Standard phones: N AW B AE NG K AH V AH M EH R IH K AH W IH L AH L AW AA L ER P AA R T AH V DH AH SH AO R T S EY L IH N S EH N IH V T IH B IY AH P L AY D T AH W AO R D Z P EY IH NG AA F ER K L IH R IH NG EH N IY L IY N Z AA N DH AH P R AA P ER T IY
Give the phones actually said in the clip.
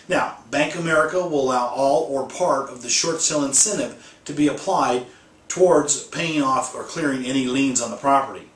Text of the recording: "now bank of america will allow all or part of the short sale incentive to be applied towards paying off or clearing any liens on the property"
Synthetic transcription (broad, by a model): N AW B AE NG K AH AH M EH R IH K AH W IH L AH L AW AA L ER P AA R T AH V DH AH SH AO R T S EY L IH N S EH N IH P T IH B IY AH P L AY D T AH W AO R D Z P EY IH NG AA F ER K L IH R IH NG EH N IY L IY N Z N DH AH P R AA P ER T IY